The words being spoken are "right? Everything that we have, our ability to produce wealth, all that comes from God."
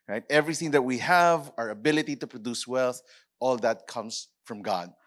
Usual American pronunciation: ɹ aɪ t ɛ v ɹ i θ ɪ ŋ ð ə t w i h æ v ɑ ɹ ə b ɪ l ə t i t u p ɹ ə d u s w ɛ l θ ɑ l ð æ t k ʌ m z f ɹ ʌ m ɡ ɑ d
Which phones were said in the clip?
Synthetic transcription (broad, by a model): ɹ aɪ t ɛ v ɹ i θ ɪ ŋ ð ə t w i h æ v ɑ ɹ ə b ɪ l ə t i t u p ɹ ə d u s w ɛ l θ ɑ l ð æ t k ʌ m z f ɹ ʌ m ɡ ɑ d